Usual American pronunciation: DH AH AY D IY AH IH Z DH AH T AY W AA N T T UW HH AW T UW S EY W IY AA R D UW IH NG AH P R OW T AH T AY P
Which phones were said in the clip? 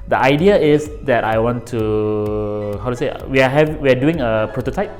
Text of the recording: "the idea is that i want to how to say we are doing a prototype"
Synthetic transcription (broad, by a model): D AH AY D IY AH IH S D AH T AY W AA N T T UW HH AW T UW S EY W IY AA W D UW IH NG AH P R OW T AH T AY P